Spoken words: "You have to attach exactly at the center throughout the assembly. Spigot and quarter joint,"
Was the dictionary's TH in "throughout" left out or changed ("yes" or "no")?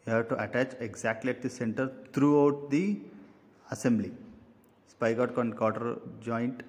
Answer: yes